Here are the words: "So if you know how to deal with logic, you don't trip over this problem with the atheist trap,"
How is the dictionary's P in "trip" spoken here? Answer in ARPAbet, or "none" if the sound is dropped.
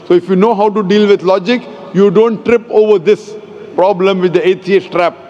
P